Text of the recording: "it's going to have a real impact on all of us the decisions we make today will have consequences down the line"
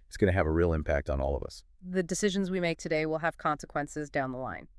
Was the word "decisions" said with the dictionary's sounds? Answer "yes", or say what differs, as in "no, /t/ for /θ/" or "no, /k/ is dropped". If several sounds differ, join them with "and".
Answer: yes